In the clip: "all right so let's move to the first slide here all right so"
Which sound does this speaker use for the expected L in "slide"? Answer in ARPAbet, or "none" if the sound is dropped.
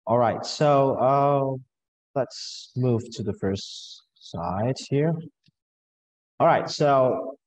none